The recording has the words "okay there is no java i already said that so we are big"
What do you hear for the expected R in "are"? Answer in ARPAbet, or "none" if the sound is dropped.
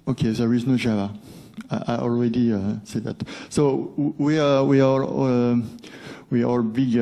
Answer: L